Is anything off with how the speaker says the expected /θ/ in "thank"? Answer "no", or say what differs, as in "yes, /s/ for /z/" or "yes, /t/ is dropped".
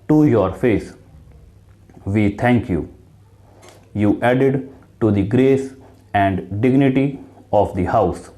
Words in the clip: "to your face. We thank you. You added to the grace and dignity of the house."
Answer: yes, /t/ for /θ/